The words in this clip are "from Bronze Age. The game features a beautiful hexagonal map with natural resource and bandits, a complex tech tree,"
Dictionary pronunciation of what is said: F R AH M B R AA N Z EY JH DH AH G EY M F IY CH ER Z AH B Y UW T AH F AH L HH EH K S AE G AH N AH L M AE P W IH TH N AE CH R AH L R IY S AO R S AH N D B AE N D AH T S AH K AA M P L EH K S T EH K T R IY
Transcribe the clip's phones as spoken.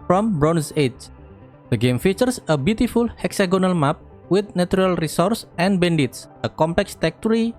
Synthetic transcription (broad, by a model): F R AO M B R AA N S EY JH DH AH G EY M F IY CH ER S AH B Y UW T AH F AH L HH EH K S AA G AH N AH L M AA P W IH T N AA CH R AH L R IY S AO R S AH N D B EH N D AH T S AH K AA M P L EH K S T EH K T R IY